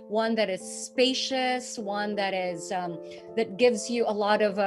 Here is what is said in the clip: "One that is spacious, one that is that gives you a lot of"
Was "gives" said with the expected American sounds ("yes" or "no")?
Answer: yes